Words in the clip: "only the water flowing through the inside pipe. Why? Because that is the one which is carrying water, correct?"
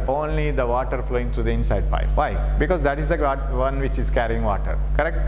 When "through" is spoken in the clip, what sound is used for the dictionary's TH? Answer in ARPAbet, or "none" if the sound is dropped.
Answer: T